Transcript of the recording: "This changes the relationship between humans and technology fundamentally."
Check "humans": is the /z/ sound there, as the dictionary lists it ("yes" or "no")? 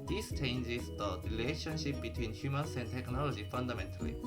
no